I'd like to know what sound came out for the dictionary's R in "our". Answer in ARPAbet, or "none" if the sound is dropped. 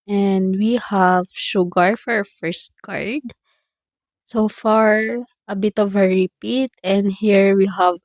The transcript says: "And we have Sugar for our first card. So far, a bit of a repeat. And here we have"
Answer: R